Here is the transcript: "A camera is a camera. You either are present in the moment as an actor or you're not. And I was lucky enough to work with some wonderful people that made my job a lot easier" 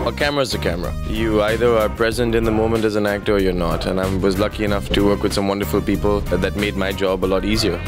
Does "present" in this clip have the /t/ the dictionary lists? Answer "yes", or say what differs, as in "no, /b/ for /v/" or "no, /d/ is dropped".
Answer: yes